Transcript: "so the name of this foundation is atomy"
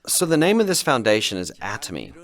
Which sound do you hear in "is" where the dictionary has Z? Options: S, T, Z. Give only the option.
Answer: Z